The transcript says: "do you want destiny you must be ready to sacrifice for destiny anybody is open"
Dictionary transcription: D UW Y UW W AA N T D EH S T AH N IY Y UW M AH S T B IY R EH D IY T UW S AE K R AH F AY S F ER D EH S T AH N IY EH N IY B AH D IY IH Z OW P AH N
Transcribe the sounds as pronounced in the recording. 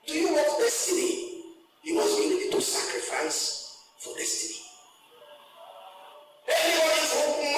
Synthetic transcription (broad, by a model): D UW Y UW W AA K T D EH S T AH N IY Y UW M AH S B IY W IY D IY T UW S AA K R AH F AY S F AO D EH S T AH N IY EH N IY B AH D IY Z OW